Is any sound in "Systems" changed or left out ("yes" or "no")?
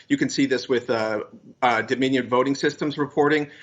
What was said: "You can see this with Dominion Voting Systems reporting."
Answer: no